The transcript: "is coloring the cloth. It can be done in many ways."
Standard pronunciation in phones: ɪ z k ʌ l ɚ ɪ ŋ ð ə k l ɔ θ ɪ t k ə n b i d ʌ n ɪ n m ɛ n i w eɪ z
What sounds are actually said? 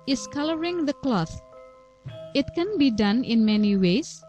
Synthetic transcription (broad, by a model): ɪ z k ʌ l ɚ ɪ ŋ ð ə k l ɔ θ ɪ t k ə n b i d ʌ n ɪ n m ɛ n i w eɪ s